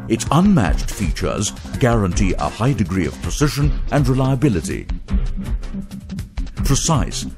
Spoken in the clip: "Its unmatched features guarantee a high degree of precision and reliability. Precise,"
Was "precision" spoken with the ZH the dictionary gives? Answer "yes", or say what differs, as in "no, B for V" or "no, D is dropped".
no, SH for ZH